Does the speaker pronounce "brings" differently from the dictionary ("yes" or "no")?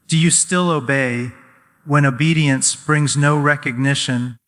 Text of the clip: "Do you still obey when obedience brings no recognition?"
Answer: no